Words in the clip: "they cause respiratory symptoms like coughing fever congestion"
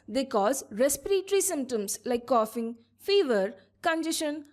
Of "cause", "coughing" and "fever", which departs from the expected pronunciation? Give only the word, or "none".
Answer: none